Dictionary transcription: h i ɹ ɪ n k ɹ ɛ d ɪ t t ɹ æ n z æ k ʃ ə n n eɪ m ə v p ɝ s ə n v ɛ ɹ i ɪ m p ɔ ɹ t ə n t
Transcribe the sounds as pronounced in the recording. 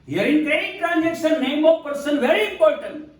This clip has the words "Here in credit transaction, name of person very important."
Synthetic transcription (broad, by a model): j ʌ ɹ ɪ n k ɛ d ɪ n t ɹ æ n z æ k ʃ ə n n eɪ m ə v p ɝ s ə n v ɛ ɹ i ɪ m p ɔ ɹ t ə n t